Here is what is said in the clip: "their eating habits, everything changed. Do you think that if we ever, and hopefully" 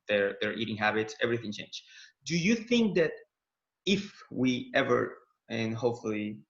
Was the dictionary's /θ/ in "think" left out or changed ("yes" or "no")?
no